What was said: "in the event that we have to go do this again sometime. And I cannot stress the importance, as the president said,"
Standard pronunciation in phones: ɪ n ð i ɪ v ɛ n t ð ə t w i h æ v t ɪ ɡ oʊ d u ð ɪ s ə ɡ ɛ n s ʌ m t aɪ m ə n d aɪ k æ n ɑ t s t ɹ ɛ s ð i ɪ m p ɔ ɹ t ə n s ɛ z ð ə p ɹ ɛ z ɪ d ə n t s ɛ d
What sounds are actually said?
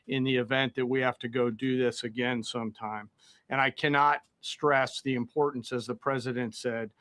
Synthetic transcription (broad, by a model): ɪ n ð i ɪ v ɛ n ð ə t w i h æ f t ɪ ɡ oʊ d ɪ ð ɪ s ə ɡ ɛ n s ʌ m t aɪ m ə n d aɪ k æ n ɑ t s t ɹ ɛ s ð i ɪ m p ɔ ɹ t n s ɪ z ð ə p ɹ ɛ z ɪ d ə n t s ɛ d